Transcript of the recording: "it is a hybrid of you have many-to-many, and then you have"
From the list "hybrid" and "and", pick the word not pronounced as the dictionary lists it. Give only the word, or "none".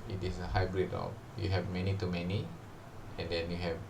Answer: none